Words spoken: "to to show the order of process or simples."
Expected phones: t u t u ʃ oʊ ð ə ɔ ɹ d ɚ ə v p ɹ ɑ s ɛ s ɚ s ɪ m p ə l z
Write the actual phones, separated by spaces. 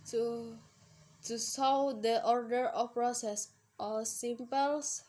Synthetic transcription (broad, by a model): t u t u s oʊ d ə ɔ ɹ d ɚ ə f p ɹ ɑ s ɛ s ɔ s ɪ m p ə l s